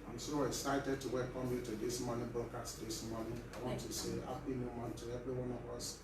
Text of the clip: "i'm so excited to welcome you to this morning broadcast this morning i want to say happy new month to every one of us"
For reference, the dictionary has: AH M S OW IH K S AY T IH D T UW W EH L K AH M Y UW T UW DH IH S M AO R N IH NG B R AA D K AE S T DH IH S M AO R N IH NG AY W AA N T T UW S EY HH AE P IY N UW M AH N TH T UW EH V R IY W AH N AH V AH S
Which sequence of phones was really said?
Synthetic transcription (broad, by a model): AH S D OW IH K S AY T IH D T UW W EH L K AH M Y UW T UW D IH S M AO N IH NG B AA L K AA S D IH S M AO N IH AY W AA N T T UW S EY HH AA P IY N UW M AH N T UW EH V R IY W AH N AH V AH S